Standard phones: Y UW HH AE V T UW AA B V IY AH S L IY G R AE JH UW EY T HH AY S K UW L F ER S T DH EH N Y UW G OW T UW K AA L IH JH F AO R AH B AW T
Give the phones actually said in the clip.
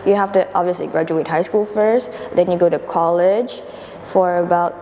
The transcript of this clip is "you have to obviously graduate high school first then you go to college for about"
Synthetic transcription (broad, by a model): Y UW HH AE F T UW AA B V IY AH S L IY G R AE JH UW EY T HH AY S K UW L F ER S T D EH N Y UW G OW T UW K AA L IH JH F AO R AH B AW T